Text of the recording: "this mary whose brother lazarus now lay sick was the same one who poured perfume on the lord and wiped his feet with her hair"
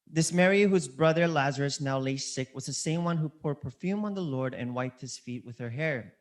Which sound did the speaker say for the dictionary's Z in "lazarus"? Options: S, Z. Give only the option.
Z